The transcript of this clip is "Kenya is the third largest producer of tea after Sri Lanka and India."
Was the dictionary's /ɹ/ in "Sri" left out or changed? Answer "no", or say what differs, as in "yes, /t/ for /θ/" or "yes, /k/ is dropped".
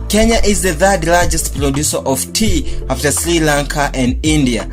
no